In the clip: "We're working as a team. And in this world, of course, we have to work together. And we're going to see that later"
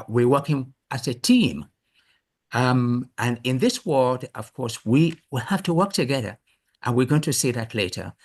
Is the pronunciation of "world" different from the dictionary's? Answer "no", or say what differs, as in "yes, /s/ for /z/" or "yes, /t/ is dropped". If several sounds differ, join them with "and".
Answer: no